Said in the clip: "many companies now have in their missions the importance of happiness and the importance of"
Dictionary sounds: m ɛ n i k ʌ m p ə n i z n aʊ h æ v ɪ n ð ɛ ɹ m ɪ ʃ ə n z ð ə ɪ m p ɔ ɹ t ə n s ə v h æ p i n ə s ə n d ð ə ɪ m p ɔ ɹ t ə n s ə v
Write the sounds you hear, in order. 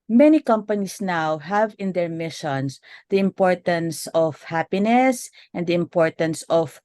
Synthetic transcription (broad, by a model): m ɛ n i k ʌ m p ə n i s n aʊ h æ v ɪ n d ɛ ɹ m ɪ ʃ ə n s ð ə ɪ m p ɔ ɹ t ə n s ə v h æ p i n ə s ə n d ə ɪ m p ɔ ɹ t ə n s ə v